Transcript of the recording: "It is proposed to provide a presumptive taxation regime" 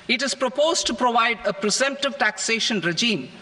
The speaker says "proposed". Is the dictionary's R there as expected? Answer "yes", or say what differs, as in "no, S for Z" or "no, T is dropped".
yes